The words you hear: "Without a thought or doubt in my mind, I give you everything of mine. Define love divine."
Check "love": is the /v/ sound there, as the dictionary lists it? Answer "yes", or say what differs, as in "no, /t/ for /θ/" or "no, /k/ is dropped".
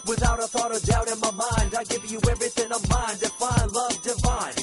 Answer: yes